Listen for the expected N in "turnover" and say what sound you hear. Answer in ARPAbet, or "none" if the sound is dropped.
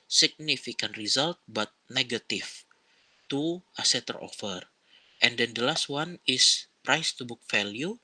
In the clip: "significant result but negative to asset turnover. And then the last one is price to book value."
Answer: none